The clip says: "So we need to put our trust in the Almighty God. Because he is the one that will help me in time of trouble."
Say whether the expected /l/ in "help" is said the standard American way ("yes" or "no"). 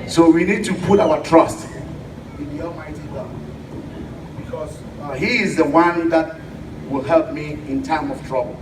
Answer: yes